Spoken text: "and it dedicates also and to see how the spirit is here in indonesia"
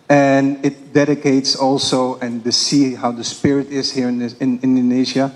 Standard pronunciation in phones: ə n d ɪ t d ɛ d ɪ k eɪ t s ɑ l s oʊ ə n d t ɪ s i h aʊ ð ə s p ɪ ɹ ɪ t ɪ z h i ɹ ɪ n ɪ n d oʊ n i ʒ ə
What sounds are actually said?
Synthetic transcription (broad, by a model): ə n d ɪ t d ɛ d ɪ k eɪ t s ɑ l s oʊ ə n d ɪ s i h aʊ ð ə s p ɪ ɹ ɪ t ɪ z h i ɹ ɪ n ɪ n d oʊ n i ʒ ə